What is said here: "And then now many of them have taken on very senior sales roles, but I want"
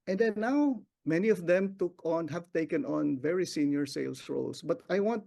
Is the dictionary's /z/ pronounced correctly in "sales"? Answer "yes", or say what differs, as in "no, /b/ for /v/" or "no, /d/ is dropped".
no, /s/ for /z/